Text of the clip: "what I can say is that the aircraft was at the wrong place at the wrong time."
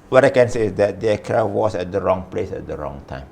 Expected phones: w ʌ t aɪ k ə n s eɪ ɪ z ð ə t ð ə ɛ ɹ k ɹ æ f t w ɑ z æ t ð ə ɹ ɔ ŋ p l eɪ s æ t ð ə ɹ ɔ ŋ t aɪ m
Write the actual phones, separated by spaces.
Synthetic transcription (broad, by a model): w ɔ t aɪ k ə n s eɪ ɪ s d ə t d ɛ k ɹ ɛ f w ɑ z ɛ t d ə ɹ ɔ ŋ p l eɪ s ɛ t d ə ɹ ɔ ŋ t aɪ m